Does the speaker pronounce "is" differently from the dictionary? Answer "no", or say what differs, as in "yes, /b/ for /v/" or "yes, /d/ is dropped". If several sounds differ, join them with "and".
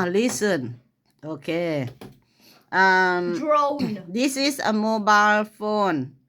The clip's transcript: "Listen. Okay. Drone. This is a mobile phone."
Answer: yes, /s/ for /z/